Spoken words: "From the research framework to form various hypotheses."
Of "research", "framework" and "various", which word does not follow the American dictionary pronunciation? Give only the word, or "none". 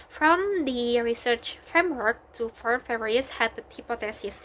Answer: various